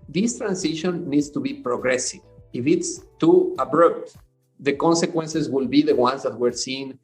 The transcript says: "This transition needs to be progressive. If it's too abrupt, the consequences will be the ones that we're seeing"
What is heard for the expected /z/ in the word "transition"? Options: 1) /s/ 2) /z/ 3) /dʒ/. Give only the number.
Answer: 1